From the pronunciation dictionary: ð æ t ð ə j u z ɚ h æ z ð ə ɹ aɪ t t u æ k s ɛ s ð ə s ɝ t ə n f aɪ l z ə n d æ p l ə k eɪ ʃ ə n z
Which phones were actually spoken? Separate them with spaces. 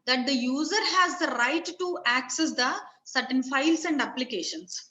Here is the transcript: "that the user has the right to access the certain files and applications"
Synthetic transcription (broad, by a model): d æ t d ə j u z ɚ h æ z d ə ɹ aɪ t t u æ k s ɛ s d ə s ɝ t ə n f aɪ l s ə n d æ p l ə k eɪ ʃ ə n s